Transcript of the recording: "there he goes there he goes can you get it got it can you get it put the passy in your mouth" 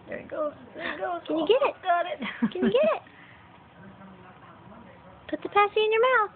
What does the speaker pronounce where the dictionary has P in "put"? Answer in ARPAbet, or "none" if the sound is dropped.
P